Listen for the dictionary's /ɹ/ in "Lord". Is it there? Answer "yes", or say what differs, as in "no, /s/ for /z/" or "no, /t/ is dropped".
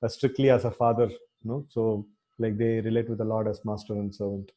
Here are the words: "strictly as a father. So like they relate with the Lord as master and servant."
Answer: yes